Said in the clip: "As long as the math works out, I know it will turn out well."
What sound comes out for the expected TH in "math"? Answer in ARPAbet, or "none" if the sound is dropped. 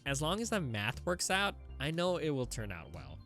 TH